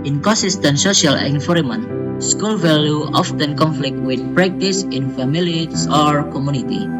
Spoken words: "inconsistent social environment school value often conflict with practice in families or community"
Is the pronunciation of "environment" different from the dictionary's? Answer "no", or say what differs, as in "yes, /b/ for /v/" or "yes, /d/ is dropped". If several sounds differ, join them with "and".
yes, /f/ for /v/ and /n/ is dropped